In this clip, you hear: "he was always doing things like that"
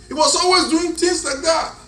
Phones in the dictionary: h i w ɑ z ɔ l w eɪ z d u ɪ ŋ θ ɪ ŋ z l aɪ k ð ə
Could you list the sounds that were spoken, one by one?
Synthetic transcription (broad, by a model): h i w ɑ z ɔ l w eɪ z d u ɪ ŋ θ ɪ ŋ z l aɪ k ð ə